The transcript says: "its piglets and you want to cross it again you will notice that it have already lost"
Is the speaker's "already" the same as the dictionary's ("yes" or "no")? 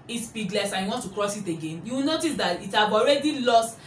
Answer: yes